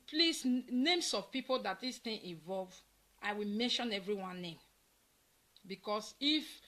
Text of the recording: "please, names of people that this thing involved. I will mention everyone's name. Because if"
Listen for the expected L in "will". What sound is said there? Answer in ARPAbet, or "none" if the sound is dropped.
L